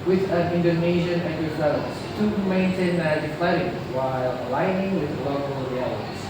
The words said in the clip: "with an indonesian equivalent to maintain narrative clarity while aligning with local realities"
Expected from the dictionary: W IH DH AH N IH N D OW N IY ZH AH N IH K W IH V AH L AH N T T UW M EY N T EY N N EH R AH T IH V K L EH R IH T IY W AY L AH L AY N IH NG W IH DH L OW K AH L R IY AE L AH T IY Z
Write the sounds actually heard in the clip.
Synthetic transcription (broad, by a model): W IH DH AH N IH N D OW N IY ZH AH N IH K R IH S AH AH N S T UW M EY N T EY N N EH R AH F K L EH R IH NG W AY L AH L AY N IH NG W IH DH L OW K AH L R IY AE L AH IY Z